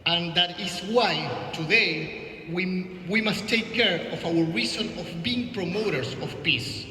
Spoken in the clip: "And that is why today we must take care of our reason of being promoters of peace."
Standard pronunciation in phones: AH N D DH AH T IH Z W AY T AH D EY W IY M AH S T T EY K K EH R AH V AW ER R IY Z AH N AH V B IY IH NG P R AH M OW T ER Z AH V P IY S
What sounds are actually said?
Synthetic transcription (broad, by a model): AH N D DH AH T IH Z W AY T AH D EY W IY M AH S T T EY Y K EH R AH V AW ER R IY S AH N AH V B IY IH NG P R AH M OW T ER S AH F P IY S